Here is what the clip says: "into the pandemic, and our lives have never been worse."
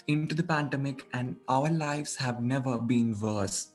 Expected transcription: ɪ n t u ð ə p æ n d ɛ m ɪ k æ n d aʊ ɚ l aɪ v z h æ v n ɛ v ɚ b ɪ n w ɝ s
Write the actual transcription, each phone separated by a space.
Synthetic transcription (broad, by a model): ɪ n t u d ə p æ n d ɛ m ɪ k æ n d aʊ ɚ l aɪ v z h æ v n ɛ v ɚ b ɪ n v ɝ s